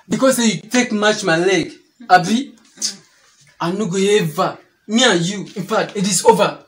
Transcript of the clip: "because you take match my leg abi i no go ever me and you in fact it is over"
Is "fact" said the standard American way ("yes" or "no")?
no